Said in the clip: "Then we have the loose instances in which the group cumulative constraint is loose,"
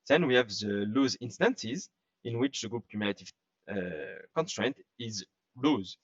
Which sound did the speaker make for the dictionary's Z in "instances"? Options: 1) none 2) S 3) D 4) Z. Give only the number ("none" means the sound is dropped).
4